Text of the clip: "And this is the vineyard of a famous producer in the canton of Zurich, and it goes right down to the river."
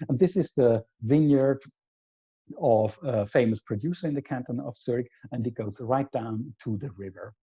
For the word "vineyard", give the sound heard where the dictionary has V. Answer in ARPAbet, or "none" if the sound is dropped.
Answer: V